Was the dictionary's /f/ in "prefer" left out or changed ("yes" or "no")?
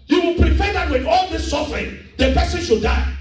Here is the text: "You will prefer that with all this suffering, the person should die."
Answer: yes